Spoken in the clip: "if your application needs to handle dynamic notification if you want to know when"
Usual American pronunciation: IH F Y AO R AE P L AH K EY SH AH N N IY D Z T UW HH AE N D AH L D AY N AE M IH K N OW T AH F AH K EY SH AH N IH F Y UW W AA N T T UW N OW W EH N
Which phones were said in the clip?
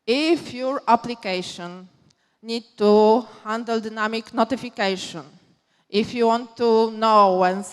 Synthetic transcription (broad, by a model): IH F Y AO R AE P L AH K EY SH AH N N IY D T UW HH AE N D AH L D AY N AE M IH K N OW T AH F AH K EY SH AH N IH F Y UW W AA N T T UW N OW W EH N